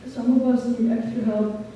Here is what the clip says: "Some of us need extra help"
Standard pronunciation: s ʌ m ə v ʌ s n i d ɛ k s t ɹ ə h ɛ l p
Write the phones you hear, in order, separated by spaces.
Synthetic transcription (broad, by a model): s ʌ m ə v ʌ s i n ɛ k t ə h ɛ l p